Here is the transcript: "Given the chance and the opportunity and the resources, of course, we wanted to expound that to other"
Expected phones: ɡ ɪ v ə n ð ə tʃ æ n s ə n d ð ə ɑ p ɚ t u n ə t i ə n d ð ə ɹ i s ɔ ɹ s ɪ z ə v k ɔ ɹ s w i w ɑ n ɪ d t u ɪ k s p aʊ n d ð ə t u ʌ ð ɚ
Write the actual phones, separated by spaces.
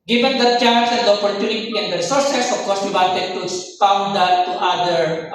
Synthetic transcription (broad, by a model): ɡ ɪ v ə n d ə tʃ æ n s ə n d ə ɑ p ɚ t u n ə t i ə n d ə ɹ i s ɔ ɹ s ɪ s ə f k ɔ ɹ s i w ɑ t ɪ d t u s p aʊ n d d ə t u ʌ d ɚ